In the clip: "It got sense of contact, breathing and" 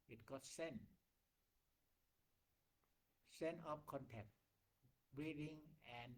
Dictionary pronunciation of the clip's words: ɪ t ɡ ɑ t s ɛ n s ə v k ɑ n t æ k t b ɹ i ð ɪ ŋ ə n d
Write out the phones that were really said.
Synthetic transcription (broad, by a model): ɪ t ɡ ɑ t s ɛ n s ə p k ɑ n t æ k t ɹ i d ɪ ŋ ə n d